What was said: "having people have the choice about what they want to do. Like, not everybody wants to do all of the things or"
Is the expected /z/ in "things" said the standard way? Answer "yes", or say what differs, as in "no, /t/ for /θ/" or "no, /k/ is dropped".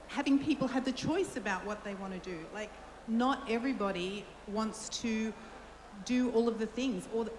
yes